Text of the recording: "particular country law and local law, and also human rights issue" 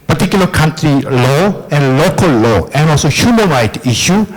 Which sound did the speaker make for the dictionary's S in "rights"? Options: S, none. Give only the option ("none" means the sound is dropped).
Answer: none